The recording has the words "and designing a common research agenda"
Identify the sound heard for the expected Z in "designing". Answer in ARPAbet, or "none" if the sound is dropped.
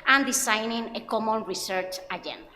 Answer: S